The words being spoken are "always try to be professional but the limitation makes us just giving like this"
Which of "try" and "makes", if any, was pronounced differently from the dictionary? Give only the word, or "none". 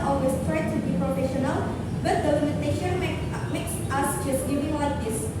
none